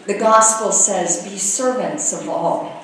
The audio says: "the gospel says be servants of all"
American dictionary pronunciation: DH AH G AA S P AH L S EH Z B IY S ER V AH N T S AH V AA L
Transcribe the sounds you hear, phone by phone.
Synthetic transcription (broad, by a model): DH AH G AA S P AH L S EH Z B IY S ER V AH N T S AH V AA L